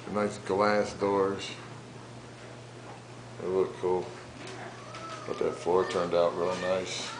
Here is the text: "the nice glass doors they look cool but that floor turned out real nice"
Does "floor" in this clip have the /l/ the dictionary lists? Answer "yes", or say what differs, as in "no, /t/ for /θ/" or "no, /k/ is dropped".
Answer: no, /l/ is dropped